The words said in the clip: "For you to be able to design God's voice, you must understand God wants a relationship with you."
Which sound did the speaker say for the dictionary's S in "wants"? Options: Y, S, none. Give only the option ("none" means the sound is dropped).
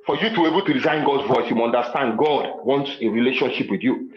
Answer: S